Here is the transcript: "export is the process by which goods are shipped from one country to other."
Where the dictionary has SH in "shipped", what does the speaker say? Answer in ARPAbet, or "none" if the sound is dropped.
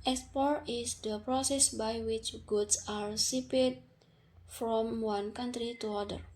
S